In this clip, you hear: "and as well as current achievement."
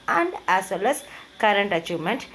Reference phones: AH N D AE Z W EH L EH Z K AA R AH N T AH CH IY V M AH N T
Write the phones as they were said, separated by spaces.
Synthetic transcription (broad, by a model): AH N D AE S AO L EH S K AA R AH N T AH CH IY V M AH N T